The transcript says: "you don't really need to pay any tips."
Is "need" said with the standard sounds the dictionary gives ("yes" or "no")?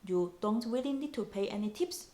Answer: no